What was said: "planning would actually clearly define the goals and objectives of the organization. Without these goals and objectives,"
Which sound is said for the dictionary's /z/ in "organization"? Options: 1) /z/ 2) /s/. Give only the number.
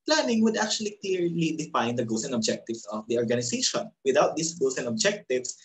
2